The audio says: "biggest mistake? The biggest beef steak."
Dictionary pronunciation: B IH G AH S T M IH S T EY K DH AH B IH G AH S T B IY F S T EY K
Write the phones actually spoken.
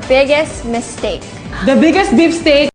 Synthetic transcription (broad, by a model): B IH G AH S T M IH S T EY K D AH B IH G AH S T B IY P S T EY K